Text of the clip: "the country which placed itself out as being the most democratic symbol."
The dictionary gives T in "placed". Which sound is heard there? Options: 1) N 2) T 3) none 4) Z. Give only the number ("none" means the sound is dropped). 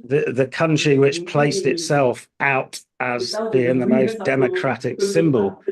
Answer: 2